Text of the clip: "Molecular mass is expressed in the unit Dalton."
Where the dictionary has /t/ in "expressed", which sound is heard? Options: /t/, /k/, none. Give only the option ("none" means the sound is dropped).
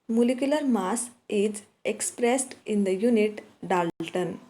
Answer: /t/